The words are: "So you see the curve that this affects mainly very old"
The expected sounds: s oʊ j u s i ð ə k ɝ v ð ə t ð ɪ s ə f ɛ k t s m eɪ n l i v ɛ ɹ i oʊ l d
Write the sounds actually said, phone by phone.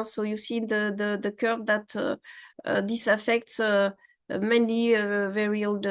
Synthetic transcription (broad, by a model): s oʊ j u s i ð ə k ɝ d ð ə t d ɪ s ə f ɛ k t s m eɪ n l i v ɛ ɹ i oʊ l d